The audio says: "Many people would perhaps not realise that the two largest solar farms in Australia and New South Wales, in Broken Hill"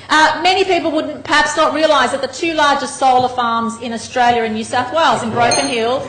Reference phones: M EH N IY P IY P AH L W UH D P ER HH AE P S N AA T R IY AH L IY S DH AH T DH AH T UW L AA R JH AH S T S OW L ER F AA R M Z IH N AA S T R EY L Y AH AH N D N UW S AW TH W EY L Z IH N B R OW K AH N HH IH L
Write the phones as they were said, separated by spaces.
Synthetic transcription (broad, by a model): M EH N IY P IY P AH L W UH D P ER HH AE P S N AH T R IY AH L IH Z DH AH T DH AH T UW L AA R JH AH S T S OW L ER F AA R M Z IH N AA S T R EY L Y AH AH N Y UW S AW TH W EY L Z IH N B R OW K AH N HH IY L